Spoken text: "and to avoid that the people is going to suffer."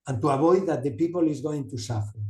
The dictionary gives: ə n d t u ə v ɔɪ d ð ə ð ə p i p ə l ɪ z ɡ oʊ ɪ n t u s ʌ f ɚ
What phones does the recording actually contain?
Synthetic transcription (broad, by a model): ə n t u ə b ɔɪ ð ə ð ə p i p ə l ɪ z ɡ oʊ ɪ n t u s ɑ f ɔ